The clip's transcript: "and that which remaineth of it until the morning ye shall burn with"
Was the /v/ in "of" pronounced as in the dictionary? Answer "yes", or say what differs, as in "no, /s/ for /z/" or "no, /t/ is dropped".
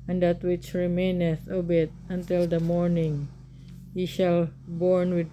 no, /b/ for /v/